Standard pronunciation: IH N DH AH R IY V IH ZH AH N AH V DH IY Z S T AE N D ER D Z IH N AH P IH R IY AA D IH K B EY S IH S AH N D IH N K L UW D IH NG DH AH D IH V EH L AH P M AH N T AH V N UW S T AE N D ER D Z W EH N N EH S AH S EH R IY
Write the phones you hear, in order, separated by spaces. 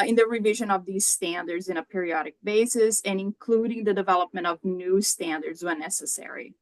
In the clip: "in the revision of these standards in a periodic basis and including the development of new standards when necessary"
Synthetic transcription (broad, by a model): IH N DH AH R IY V IH ZH AH N AH V DH IY Z S T AE N D ER D Z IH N AH P IH R IY AA D IH K B EY S IH S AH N IH N K L UW D IH NG DH AH D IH V EH L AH P M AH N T AH V N UW S T AE N D ER D Z W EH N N EH S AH S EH R IY